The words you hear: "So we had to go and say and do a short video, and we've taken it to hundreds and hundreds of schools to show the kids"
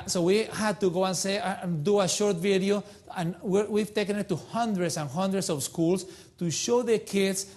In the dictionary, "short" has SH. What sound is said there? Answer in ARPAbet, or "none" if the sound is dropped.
SH